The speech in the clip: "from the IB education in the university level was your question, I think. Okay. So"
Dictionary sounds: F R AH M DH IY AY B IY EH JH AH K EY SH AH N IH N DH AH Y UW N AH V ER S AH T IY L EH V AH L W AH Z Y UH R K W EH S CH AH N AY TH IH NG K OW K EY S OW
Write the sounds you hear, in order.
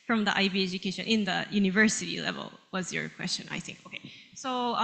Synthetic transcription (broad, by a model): F R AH M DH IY AY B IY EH JH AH K EY SH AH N IH N DH AH Y UW N AH V ER S AH T IY L EH V AH L W AH Z Y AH R K W EH S CH AH N AY TH IH NG K OW K EY S OW